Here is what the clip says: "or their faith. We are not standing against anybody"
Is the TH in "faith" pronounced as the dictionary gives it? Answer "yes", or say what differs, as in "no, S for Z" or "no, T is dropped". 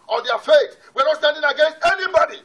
no, S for TH